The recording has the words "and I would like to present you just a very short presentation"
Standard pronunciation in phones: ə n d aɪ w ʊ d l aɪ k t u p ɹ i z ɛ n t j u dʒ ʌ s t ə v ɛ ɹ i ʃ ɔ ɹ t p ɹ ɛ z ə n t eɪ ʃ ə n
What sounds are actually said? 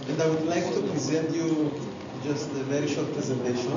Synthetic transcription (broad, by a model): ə n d aɪ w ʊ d l aɪ k t u p ɹ i z ɛ n t j u dʒ ʌ s t ə v ɛ ɹ i ʃ ɔ ɹ t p ɹ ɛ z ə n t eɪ ʃ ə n